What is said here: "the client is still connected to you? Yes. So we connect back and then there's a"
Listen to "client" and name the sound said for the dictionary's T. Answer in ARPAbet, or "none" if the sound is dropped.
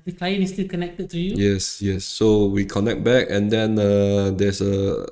none